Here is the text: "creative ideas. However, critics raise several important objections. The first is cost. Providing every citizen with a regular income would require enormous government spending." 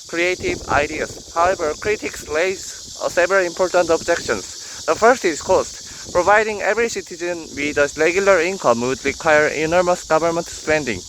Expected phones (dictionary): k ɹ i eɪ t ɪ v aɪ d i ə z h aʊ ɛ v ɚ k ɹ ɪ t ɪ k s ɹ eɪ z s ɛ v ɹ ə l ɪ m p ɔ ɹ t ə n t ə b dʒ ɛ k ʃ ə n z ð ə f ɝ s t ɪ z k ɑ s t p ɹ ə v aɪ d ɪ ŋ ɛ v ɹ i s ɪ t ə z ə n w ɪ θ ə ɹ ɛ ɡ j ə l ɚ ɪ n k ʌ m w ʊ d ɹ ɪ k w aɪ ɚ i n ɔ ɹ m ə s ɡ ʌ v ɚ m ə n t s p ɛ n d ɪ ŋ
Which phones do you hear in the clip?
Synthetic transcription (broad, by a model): k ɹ i eɪ t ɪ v aɪ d i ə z h aʊ ɛ v ɚ k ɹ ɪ t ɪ k s l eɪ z s ɛ v ɹ ə l ɪ m p ɔ ɹ t ə n t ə b dʒ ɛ k ʃ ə n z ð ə f ɝ s t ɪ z k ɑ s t p ɹ ə v aɪ d ɪ ŋ ɛ v ɹ i s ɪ t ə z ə n w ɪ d ə ɹ ɛ ɡ j ə l ɚ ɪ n k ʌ m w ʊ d ɹ ɪ k w aɪ ɚ i n ɔ ɹ m ə s ɡ ʌ v ɚ m ə n t s p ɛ n d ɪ ŋ